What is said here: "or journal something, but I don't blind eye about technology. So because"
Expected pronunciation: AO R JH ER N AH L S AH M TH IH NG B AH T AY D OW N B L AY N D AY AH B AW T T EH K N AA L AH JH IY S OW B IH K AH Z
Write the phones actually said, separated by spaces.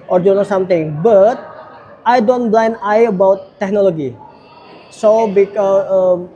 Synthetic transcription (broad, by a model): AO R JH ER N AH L S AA M T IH NG B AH T AY D OW N B L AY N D AY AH B AW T T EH K N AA L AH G IY S OW B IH K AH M